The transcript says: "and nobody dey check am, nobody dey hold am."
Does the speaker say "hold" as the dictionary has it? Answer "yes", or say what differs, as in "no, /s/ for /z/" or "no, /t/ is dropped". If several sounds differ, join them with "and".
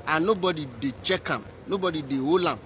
no, /d/ is dropped